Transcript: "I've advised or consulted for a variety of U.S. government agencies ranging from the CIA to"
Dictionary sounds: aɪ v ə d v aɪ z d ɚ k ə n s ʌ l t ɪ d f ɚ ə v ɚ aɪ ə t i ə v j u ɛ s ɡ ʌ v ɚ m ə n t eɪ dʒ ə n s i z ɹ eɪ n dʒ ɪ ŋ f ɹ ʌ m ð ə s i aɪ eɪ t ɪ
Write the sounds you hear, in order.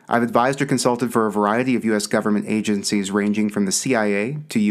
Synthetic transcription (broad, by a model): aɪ v ə d v aɪ z d ɚ k ə n s ʌ l t ɪ d f ɚ ə v ɚ aɪ ə t i ə v j u ɛ s ɡ ʌ v ɚ m ə n t eɪ dʒ ə n s i z ɹ eɪ n dʒ ɪ ŋ f ɹ ʌ m ð ə s i aɪ eɪ t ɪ